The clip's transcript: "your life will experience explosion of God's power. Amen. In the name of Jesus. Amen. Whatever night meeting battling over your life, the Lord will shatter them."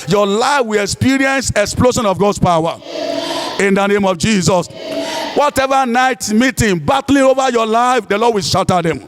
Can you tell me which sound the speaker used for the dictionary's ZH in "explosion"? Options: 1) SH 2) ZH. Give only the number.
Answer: 1